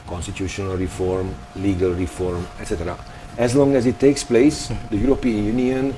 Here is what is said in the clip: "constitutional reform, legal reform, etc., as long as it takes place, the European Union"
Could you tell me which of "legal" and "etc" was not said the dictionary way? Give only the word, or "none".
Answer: none